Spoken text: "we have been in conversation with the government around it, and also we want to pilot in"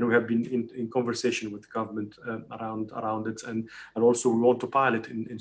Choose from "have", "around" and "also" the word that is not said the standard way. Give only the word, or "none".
none